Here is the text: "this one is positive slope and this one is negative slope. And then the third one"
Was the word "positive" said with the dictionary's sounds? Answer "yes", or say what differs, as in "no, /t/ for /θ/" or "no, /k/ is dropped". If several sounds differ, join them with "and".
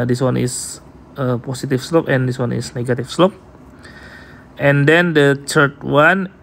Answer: no, /s/ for /z/ and /f/ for /v/